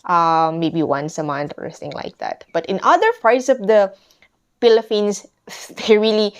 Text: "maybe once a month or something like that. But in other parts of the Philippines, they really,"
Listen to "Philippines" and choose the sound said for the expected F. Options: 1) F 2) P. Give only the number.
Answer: 2